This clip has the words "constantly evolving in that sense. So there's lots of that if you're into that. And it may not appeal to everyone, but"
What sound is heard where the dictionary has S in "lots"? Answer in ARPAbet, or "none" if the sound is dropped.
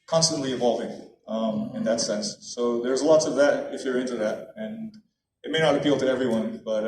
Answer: S